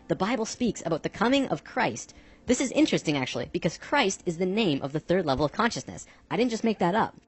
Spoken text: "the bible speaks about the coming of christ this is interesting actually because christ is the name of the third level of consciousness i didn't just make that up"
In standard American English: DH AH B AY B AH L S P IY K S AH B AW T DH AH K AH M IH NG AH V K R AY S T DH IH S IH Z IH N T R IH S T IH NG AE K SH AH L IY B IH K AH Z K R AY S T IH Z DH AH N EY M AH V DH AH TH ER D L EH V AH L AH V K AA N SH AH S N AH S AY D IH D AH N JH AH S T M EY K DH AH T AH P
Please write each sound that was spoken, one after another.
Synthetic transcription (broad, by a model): DH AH B AY B L S P IY K S AH B AW T DH AH K AH M IH NG AH V K R AY S T DH IH S IH Z IH N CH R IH S T IH NG AE K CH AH L IY B IH K AH Z K R AY S T IH Z DH AH N EY M AH V DH AH TH ER D L EH V L AH V K AA N SH AH S N AH S AY D IH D N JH AH S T M EY K DH AH T AH P